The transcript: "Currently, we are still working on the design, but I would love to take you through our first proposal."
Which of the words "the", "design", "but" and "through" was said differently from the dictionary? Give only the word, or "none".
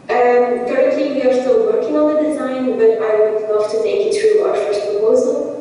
through